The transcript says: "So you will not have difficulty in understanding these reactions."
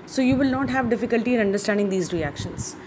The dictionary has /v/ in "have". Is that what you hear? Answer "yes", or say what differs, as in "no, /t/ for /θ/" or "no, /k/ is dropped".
yes